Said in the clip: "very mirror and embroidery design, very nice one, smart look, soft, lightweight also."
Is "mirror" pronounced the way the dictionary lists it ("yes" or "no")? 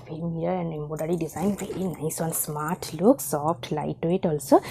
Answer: no